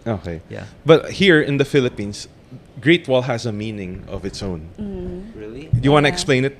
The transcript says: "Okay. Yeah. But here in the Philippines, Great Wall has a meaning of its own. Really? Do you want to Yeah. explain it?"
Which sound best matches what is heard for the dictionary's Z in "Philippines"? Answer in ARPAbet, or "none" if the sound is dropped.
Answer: S